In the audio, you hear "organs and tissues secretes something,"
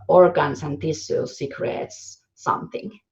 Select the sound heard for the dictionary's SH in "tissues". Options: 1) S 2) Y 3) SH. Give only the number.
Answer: 1